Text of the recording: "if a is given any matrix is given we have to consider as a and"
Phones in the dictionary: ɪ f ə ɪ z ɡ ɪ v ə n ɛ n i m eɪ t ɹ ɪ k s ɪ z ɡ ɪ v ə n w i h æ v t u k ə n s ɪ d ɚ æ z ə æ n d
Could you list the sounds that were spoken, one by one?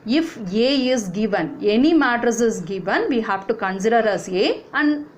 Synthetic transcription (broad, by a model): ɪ f ə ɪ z ɡ ɪ v ə n ɛ n i m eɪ t ɪ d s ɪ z ɡ ɪ v ə n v i h æ v t u k ə n s ɪ d ɚ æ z ə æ n d